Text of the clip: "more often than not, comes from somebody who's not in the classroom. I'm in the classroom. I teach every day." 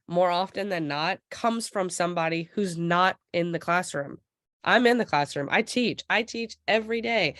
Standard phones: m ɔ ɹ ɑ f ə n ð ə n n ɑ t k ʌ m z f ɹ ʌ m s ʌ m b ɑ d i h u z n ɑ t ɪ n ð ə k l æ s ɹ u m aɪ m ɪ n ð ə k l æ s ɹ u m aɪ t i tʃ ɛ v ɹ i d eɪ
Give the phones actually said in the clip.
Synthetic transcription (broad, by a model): m ɔ ɹ ɑ f ə n ð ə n n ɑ t k ʌ m z f ɹ ʌ m s ʌ m b ɑ d i h u z n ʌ t ɪ n ð ə k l æ s ɹ u m aɪ m ɪ n ð ə k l æ s ɹ u m aɪ t i tʃ ɛ v ɹ i d eɪ